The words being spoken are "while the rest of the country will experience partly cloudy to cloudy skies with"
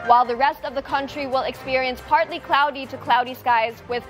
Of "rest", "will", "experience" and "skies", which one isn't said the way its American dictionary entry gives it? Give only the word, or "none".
none